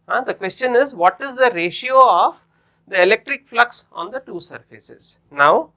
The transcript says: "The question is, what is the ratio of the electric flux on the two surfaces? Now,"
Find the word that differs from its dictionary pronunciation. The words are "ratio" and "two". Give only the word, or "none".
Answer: none